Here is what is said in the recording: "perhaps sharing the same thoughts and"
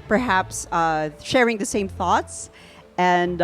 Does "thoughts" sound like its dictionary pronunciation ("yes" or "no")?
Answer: yes